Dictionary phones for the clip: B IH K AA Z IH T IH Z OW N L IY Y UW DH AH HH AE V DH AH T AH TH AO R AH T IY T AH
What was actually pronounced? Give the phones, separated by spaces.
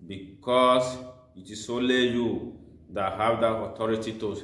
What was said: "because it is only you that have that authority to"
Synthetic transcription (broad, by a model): B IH K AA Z IH T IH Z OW L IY Y UW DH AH HH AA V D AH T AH T AO R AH T IY T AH